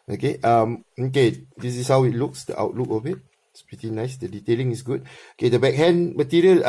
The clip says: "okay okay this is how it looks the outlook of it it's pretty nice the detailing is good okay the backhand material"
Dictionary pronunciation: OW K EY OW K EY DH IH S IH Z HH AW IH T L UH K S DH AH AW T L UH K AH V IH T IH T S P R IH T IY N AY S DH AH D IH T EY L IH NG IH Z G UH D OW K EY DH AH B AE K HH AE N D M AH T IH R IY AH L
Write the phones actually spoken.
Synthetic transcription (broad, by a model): OW K EY OW K EY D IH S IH S HH AW IH T L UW K S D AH AW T L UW K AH B IH T IH T S P R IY T IY N AY S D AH D IH T EY L IH NG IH S G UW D OW K EY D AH B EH K HH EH N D M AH T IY R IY AH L